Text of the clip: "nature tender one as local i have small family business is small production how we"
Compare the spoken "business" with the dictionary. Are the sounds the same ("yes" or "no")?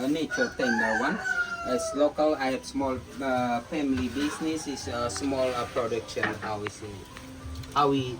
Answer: no